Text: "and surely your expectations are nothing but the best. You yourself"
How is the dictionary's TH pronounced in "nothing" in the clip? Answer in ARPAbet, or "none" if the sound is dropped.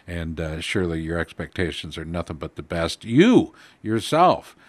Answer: TH